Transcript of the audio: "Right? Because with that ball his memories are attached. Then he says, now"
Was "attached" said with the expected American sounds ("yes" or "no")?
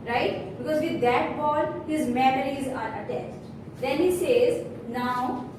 no